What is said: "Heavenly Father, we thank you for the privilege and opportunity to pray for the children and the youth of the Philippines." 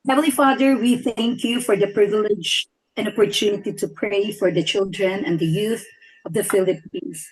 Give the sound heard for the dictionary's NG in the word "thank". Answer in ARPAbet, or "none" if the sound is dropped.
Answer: NG